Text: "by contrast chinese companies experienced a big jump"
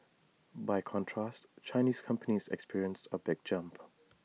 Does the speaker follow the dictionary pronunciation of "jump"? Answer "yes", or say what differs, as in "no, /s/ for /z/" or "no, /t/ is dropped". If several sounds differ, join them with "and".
yes